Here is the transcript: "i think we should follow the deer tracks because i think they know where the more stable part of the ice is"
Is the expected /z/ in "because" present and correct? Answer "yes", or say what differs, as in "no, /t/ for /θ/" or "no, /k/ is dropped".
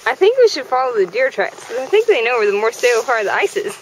no, /z/ is dropped